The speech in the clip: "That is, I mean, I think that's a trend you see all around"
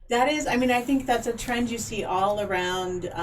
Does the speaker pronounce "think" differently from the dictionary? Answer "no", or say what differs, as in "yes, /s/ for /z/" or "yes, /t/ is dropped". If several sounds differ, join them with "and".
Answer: no